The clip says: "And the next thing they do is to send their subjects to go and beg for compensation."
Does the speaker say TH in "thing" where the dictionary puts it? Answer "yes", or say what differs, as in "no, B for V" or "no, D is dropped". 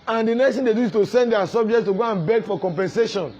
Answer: no, T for TH